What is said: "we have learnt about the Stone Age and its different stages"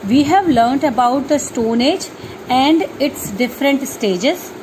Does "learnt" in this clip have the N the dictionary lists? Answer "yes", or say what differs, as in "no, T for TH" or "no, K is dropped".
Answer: yes